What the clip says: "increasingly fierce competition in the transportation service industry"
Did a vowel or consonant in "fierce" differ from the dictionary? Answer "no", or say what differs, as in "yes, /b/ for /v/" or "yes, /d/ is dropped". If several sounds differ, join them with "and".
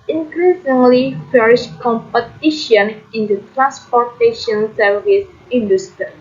yes, /ʃ/ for /s/